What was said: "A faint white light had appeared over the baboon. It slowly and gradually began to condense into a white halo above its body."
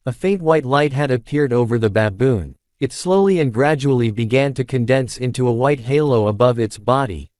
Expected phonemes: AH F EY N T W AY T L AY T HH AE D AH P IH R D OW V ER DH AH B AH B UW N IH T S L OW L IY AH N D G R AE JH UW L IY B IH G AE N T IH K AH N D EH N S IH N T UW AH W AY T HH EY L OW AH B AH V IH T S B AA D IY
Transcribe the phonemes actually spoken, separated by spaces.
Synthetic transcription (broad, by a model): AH F EY N T W AY T L AY T HH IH D AH P IH R D OW V ER DH AH B AH B UW N IH T S L OW L IY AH N G R AE JH UW L IY B IH G AE N T IH K AH N D EH N S IH N T UW AH W AY T HH EY L OW AH B AH V IH T S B AA D IY